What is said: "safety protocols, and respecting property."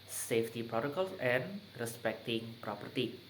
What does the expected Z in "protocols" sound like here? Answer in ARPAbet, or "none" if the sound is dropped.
none